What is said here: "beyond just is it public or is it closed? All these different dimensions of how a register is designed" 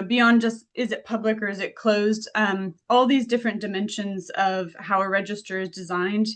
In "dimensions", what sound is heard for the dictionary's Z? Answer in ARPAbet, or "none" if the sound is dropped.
Z